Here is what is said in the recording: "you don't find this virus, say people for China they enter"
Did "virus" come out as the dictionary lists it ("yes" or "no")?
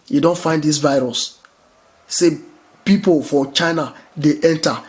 yes